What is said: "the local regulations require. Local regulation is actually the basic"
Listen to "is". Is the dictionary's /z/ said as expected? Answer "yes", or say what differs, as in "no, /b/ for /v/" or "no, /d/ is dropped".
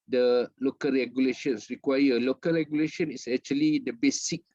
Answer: no, /s/ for /z/